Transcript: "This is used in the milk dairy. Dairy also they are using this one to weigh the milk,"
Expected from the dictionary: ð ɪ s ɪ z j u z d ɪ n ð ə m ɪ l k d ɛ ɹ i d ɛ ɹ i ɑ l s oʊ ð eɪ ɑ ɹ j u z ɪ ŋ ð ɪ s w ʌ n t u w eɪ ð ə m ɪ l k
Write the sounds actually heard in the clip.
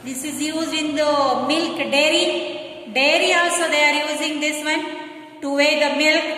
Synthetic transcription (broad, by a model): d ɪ s ɪ z j u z ɪ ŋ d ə m ɪ l k d ɛ ɹ i d ɛ ɹ i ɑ s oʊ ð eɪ ɑ ɹ j u z ɪ ŋ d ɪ s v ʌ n t u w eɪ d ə m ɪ l k